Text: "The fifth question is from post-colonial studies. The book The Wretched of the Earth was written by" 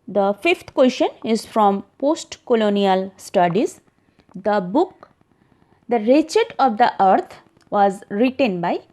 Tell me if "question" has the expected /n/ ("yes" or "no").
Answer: yes